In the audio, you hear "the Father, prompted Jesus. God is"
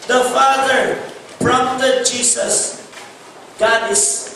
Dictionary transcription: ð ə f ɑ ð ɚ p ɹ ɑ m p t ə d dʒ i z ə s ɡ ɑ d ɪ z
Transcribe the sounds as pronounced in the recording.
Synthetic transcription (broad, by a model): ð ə f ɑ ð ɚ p ɹ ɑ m t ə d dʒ i s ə s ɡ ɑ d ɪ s